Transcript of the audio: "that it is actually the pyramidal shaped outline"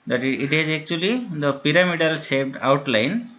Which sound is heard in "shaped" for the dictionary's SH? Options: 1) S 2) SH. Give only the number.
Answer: 1